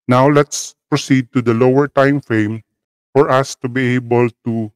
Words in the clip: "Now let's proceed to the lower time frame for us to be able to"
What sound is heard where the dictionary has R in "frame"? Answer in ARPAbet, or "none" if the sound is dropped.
none